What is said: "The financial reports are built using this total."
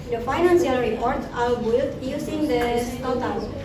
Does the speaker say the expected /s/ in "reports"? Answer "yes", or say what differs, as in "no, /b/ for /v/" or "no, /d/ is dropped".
no, /s/ is dropped